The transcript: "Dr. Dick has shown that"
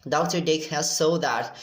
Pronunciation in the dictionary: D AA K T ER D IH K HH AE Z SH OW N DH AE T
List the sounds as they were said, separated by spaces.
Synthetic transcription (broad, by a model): D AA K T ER D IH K HH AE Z S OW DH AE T